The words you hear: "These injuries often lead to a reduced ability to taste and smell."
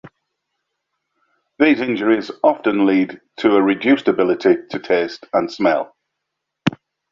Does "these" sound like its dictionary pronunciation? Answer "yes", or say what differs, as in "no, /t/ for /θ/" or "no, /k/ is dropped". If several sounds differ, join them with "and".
yes